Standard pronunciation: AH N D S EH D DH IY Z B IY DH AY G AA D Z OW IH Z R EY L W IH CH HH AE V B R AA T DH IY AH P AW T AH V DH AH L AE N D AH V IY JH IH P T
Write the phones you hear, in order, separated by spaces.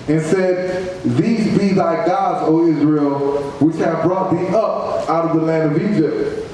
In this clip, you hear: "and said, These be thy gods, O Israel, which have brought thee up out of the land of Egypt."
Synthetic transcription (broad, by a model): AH N S EH D DH IY Z B IY DH AY G AA D Z OW IH Z R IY L W IH CH HH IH V B R AA T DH IY AH P AW T AH V DH AH L AE N D AH V IY JH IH P T